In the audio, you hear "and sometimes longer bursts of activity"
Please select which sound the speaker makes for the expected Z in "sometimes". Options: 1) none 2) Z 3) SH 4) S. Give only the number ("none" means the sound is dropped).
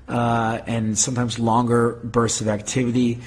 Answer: 2